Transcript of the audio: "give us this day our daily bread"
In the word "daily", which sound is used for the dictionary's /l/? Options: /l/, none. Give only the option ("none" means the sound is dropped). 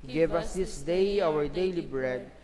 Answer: /l/